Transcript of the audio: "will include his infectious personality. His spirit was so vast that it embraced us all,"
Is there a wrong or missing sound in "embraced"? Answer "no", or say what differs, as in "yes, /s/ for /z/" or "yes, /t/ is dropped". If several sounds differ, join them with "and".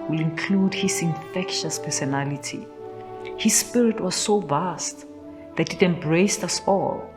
yes, /t/ is dropped